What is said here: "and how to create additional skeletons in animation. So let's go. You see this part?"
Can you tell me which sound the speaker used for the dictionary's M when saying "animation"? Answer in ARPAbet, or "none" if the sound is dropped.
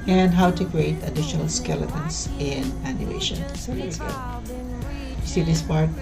none